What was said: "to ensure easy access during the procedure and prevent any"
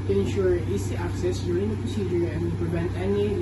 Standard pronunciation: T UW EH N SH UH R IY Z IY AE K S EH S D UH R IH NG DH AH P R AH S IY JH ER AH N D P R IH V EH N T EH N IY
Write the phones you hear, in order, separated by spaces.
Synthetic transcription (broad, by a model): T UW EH N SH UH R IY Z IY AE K S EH S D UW R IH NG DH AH P R AH S IY JH ER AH N P R IH V EH N T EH N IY